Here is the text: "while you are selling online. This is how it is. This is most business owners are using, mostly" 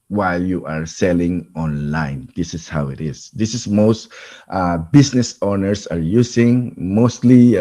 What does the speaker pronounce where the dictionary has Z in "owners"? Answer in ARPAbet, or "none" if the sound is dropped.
S